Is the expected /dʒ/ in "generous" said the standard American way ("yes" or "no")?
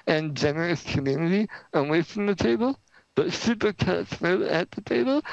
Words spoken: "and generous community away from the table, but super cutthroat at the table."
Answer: yes